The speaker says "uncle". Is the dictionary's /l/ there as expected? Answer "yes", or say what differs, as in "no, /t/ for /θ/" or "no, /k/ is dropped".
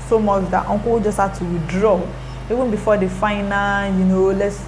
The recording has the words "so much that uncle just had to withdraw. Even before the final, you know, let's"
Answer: no, /w/ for /l/